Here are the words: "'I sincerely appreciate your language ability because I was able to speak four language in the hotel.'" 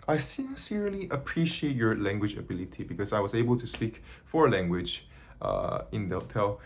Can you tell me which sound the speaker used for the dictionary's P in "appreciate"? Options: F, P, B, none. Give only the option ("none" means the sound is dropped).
P